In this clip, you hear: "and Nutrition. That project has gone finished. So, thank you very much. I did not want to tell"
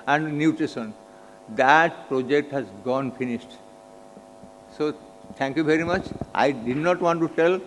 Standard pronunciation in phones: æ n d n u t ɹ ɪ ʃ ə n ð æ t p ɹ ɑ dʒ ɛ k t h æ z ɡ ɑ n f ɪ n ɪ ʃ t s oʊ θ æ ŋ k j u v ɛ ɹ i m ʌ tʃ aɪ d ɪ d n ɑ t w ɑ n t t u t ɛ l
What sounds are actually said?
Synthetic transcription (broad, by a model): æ n d n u t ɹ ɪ s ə n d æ t p ɹ ɑ dʒ ɛ k t h æ z ɡ ɑ n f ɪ n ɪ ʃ t s oʊ t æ ŋ k j u v ɛ ɹ i m ʌ tʃ aɪ d ɪ d n ɑ t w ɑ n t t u t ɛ l